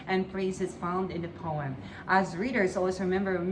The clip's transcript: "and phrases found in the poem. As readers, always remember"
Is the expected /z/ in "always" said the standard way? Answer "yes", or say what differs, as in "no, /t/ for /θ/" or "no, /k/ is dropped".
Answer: no, /z/ is dropped